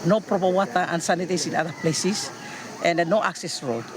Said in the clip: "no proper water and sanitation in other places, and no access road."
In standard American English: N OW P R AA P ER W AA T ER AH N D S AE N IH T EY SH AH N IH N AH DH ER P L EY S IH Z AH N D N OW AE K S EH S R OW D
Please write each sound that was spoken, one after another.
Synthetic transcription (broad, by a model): N OW P R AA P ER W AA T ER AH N S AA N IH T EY S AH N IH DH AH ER P L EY S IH S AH N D N OW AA K S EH S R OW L